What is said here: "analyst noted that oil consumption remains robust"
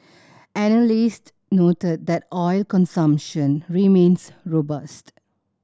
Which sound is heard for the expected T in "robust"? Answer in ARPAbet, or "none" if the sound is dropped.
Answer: T